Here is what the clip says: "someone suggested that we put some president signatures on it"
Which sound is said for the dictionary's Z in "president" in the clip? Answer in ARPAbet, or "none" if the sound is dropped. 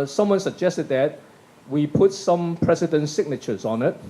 S